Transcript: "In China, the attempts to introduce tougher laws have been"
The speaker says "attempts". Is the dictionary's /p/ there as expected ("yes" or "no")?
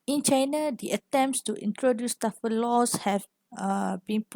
yes